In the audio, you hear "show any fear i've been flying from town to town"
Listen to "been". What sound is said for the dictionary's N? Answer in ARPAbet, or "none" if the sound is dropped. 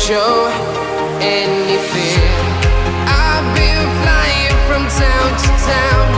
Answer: L